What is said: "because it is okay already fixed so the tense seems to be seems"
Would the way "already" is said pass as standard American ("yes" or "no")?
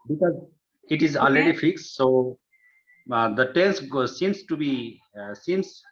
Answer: no